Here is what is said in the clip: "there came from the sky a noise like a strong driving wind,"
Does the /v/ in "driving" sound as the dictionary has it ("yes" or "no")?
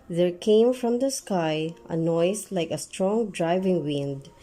yes